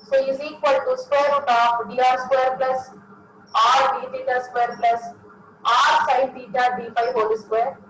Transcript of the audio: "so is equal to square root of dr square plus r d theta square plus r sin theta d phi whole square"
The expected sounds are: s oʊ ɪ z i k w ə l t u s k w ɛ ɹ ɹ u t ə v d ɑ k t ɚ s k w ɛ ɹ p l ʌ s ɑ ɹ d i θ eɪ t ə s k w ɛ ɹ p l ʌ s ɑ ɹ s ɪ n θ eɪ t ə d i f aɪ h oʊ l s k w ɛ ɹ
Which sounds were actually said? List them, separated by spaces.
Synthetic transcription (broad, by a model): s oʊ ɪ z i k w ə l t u s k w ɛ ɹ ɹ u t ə f d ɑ t s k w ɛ ɹ p l ʌ s ɑ ɹ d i t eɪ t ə s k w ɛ ɹ p l ʌ s ɑ ɹ s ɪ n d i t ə d i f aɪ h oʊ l s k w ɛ ɹ